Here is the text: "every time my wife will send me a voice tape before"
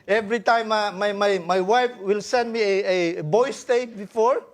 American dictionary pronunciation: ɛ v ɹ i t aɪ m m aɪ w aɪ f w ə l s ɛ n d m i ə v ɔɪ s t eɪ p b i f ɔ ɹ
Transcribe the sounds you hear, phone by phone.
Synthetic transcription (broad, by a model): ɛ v ɹ i t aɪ m m aɪ w aɪ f w ə l s ɛ n d m i ə b ɔɪ s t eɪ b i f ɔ ɹ